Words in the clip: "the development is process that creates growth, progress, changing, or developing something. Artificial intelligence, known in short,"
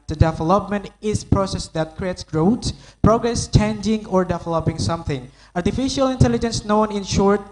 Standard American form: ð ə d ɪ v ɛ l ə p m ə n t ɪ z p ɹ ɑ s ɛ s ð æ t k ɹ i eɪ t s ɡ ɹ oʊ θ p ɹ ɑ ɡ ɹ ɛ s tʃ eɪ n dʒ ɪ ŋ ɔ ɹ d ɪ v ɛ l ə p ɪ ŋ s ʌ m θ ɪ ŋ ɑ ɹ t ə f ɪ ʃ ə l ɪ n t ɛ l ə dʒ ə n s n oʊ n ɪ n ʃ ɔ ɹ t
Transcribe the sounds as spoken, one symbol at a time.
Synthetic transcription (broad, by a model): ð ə d ɪ v ɛ l ə p m ə n t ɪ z p ɹ ɑ s ɛ s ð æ t k ɹ i eɪ t s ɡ ɹ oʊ s p ɹ ɑ ɡ ɹ ɛ s tʃ eɪ n dʒ ɪ ŋ ɔ ɹ d ɪ v ɛ l ə p ɪ ŋ s ʌ m θ ɪ ŋ ɑ ɹ t ə f ɪ ʃ ə l ɪ n t ɛ l ə dʒ ə n s n oʊ n ɪ n ʃ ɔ ɹ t